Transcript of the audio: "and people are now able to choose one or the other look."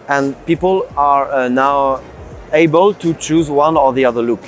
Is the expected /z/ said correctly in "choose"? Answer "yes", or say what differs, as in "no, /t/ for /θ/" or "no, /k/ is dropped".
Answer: yes